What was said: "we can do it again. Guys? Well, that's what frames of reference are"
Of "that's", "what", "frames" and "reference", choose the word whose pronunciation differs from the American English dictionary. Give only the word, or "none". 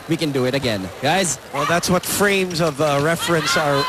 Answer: none